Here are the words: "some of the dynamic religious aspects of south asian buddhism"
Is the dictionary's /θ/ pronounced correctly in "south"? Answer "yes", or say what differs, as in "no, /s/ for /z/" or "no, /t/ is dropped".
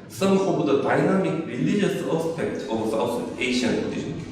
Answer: no, /s/ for /θ/